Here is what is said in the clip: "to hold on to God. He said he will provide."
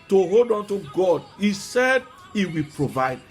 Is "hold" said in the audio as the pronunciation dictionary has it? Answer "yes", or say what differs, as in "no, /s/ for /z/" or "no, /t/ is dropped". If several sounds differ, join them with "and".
yes